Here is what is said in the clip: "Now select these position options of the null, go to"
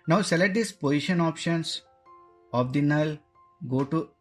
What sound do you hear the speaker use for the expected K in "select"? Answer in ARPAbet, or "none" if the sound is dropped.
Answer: none